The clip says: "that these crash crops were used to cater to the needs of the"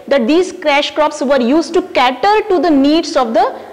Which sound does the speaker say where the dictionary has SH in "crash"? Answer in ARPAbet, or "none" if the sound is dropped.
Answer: SH